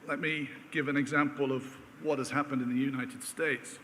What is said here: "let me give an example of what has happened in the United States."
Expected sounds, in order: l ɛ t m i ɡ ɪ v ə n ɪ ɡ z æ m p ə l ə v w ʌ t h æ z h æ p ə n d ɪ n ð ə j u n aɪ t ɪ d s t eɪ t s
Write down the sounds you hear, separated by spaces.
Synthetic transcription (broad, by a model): l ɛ t m i ɡ ɪ v ə n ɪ ɡ z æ m p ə l ə v w ʌ t h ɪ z h æ p ə n d ɪ n ð ə j u n aɪ t ɪ d s t eɪ t s